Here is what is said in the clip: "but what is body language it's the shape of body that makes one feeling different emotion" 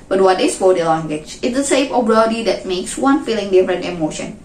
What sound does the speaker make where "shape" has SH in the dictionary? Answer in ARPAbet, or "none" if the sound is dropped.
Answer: S